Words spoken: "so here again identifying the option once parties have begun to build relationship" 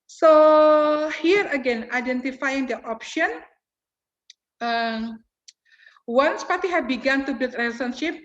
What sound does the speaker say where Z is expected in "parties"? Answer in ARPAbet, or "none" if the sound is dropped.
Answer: none